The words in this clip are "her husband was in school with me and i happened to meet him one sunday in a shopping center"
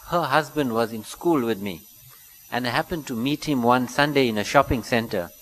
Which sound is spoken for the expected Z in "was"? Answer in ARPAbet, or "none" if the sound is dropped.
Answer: Z